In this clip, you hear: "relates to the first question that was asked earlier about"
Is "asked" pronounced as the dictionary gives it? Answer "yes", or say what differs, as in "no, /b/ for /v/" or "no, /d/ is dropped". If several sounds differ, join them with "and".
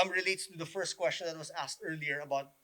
yes